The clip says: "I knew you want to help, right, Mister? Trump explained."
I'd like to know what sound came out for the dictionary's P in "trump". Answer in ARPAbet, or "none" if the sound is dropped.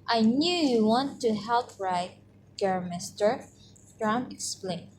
none